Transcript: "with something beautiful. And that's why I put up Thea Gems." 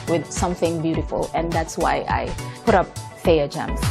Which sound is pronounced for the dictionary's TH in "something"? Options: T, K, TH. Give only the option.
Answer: TH